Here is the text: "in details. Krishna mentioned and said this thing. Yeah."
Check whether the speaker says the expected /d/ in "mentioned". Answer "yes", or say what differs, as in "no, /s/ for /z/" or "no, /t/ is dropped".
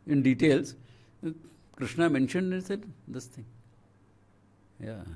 yes